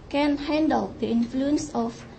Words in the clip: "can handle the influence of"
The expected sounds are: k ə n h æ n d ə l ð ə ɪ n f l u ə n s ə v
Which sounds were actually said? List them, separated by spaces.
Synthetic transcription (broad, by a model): k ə n h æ n d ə l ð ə ɪ n f l u ə n s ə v